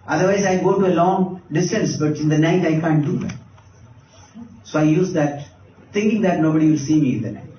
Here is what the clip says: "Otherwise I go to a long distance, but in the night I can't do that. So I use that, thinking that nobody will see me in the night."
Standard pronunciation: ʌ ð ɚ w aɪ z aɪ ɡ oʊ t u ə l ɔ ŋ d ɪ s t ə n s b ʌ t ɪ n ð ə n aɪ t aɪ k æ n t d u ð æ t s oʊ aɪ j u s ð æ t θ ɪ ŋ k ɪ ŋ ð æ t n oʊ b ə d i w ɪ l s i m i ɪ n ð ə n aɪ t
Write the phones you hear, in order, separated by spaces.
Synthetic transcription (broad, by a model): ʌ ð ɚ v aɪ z aɪ ɡ oʊ t u ə l ɔ ŋ d ɪ s t ə n s b ʌ t ɪ n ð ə n aɪ t aɪ k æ n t d u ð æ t s oʊ aɪ j u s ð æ t t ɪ ŋ k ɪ ŋ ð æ t n oʊ b ə d i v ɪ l s i m i ɪ n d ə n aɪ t